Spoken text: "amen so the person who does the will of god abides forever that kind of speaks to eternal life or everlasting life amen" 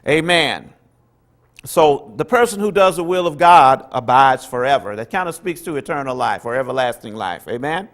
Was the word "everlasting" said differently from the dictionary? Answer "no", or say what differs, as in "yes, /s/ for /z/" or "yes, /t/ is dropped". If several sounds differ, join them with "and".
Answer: no